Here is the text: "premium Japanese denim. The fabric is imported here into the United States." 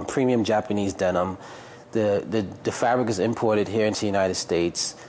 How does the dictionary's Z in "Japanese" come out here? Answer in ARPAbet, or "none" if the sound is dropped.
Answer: Z